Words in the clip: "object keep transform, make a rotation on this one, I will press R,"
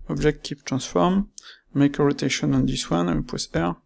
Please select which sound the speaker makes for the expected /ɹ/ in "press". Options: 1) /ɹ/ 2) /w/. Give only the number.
2